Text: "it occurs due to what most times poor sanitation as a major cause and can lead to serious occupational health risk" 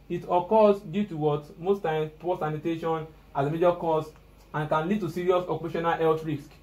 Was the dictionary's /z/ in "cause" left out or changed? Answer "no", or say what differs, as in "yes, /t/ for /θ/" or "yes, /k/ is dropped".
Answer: yes, /s/ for /z/